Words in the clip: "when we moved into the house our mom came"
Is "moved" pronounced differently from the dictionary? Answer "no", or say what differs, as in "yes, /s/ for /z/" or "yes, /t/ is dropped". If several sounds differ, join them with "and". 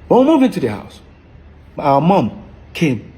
yes, /d/ is dropped